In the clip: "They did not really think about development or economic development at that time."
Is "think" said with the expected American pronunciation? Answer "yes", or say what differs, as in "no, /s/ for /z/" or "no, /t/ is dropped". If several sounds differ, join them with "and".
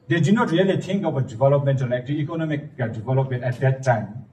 no, /t/ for /θ/